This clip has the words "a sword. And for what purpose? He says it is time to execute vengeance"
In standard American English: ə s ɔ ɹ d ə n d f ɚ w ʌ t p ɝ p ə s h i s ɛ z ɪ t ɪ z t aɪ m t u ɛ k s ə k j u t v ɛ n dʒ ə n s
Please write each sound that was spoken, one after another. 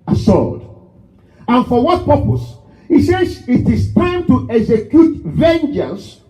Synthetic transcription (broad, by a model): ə s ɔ l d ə n f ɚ w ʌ t p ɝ p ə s h i s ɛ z ɪ t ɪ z t aɪ m t u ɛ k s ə k j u t v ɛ n dʒ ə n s